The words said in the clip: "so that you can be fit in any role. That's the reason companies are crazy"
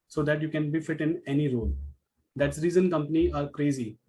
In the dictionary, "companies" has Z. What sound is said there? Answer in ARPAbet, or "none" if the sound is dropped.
none